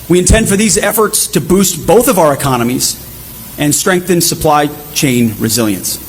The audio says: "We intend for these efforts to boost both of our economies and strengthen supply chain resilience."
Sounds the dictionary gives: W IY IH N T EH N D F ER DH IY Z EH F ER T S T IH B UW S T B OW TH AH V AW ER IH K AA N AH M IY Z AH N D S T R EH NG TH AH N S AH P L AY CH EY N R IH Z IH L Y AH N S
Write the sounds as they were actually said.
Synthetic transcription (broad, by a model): W IY IH N T EH N D F ER DH IY Z EH F ER T S T IH B UW S T B OW TH AH V AW ER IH K AA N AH M IY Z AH N S T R EH NG TH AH N S AH P L AY CH EY N R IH Z IH L Y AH N S